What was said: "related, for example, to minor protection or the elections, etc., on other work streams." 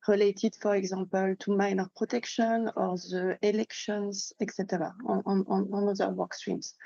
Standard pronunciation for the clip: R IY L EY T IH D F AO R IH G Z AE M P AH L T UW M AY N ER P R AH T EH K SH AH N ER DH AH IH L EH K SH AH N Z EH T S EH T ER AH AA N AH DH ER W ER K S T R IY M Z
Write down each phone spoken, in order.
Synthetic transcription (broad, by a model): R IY L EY T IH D F AO R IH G Z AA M P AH L T UW M AY N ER P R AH T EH K SH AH N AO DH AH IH L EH K SH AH N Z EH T S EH T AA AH AA N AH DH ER W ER K S T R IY M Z